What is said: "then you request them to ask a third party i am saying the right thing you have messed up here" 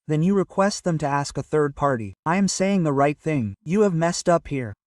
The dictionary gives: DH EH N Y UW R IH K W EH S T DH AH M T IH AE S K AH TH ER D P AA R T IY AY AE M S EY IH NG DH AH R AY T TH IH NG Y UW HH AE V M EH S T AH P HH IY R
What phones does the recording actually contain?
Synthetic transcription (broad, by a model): DH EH N Y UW R IH K W EH S T DH AH M T IH AE S K AH TH ER D P AA R T IY AY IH M S EY IH NG DH AH R AY T TH IH NG Y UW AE V M EH S T AH P HH IY R